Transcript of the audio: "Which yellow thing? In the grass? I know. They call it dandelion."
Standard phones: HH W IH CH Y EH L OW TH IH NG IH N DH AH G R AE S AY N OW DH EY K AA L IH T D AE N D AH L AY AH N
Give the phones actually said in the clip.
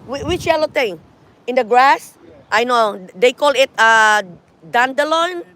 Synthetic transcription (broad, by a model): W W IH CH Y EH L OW T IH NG IH N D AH G R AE S AY N OW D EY K AA L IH T D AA N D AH L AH N